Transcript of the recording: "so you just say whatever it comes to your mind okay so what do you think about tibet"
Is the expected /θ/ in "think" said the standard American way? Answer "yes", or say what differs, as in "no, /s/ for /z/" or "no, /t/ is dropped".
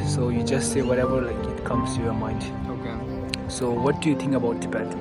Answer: no, /t/ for /θ/